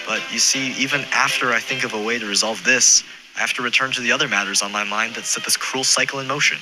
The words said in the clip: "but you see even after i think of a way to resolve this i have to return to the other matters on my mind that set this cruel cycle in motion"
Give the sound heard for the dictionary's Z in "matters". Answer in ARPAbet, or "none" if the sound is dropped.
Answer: Z